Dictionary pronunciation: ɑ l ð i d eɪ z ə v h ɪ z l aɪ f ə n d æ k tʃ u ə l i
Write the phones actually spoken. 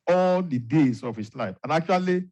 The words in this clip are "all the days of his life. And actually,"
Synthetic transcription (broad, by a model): ɑ l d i d eɪ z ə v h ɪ s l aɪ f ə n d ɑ k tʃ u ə l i